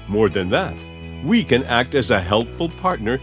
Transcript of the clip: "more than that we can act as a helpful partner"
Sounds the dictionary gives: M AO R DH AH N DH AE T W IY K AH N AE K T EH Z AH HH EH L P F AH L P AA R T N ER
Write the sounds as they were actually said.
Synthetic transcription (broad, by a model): M AO R DH AH N DH AE T W IY K AH N AE K T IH Z AH HH EH L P F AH L P AA R T N ER